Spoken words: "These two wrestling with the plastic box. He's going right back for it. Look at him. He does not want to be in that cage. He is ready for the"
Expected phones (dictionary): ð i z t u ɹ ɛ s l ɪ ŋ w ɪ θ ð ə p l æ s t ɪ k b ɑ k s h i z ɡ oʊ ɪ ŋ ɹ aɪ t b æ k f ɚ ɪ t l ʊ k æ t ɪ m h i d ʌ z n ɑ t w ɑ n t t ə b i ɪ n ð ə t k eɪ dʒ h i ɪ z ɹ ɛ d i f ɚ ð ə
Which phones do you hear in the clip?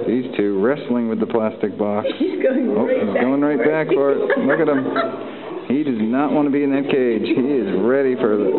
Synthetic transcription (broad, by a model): ð i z t u ɹ ɛ s l ɪ ŋ w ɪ ð ə p l æ s t ɪ k b ɑ k s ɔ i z ɡ oʊ ɪ ŋ ɹ aɪ t b æ k f ɚ ɪ t l ʊ k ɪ t ɪ m h i d ʌ z n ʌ t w ɑ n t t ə b i ɪ n ð ə t k eɪ dʒ h i ɪ z ɹ ɛ d i f ɚ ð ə